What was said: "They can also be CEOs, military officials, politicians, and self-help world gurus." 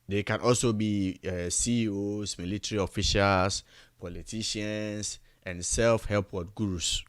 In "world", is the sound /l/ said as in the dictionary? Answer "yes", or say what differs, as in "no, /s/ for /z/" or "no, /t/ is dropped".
no, /l/ is dropped